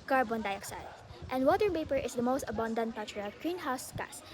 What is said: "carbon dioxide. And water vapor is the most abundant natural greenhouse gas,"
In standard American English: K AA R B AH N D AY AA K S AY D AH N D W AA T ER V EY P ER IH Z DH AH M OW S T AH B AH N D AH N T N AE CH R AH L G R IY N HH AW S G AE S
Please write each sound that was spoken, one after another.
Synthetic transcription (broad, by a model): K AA R B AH N D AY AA K S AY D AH N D W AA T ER P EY P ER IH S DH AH M OW S T AH B AH N D AH N T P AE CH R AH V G R IY N HH AW S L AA S